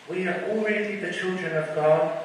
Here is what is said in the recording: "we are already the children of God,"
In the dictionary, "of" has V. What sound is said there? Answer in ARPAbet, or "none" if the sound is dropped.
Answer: V